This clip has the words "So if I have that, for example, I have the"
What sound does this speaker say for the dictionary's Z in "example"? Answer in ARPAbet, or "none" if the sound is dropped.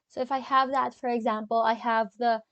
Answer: Z